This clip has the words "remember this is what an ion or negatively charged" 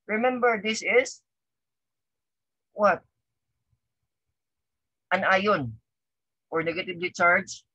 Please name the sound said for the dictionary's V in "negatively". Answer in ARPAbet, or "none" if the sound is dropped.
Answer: B